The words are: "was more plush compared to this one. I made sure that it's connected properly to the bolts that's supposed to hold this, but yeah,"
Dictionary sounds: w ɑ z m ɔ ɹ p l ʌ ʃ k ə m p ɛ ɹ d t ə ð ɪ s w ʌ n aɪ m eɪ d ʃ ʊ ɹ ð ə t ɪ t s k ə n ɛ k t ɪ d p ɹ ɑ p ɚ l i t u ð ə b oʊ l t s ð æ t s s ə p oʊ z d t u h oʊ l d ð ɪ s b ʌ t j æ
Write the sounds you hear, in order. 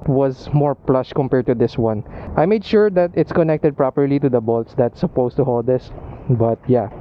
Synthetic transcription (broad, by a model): w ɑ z m ɔ ɹ p l ʌ ʃ k ə m p ɛ ɹ d t ə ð ɪ s w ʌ n aɪ m eɪ d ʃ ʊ ɹ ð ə t ɪ t s k ə n ɛ k t ɪ d p ɹ ɑ p ɚ l i t u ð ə b oʊ l t s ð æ t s s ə p oʊ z t u h oʊ l d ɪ s b ʌ t j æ